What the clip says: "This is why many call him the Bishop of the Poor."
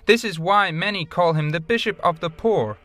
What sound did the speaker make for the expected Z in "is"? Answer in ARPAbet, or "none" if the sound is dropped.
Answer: Z